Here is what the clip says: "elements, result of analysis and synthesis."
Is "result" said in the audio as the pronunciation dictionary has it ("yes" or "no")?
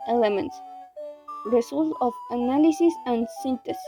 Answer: no